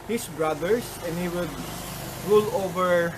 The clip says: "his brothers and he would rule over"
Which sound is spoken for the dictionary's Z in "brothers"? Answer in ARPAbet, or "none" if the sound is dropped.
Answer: S